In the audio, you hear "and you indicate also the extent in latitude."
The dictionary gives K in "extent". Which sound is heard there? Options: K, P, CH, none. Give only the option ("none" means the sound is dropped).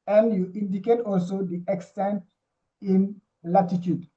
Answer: K